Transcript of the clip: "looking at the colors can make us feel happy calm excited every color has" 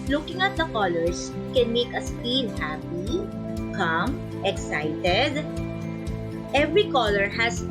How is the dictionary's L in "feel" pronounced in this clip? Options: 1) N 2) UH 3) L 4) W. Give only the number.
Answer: 1